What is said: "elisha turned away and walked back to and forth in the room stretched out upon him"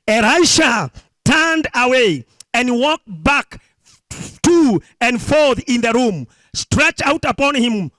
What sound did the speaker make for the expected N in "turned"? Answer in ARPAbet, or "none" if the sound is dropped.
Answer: N